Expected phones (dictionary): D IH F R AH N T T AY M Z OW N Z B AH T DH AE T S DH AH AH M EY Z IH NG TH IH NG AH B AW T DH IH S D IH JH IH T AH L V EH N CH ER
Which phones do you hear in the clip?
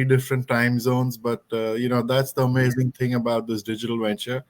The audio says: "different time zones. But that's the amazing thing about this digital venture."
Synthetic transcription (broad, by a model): D IH F R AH N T T AY M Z OW N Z B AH T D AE T S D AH AH M EY Z IH NG T IH NG AH B AW T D IH S D IH JH IH T AH L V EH N CH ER